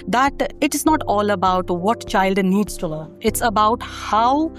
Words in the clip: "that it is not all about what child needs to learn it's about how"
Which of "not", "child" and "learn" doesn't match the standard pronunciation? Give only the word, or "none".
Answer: learn